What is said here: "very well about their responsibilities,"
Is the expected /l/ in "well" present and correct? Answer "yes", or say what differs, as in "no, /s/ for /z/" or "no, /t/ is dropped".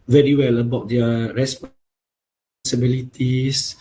yes